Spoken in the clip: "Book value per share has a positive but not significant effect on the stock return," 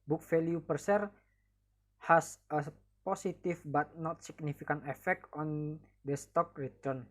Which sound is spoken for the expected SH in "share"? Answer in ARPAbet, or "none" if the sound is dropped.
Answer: S